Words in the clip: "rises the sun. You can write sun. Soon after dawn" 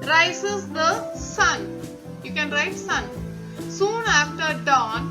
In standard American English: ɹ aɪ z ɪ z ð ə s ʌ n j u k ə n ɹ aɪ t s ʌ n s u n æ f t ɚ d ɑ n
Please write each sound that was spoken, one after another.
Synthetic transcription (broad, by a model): ɹ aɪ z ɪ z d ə s ʌ n j u k ə n ɹ aɪ t s ʌ n s u n æ f t ɚ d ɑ n